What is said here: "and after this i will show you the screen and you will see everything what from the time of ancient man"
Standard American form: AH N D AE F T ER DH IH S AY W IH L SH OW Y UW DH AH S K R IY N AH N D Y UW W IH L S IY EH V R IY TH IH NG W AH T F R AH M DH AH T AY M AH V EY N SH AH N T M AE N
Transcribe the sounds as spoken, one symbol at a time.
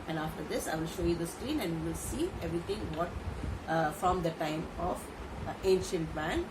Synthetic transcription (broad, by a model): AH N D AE F T ER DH IH S AY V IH L SH OW Y UW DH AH S K R IY N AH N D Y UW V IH L S IY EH V R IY T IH NG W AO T F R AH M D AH T AY M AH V EY N SH AH N T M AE N